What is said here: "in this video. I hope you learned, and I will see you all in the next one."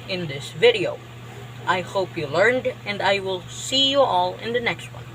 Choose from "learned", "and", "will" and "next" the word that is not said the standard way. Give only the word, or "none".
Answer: none